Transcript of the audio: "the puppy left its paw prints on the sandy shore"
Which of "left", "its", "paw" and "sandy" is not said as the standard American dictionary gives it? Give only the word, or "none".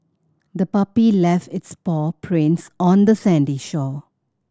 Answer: none